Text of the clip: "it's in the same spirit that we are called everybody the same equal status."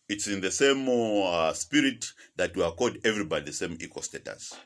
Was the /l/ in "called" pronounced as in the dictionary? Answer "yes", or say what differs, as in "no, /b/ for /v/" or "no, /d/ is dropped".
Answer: no, /l/ is dropped